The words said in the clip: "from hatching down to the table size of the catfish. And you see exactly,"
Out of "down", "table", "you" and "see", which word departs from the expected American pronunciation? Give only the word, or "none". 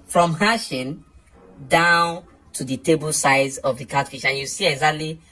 none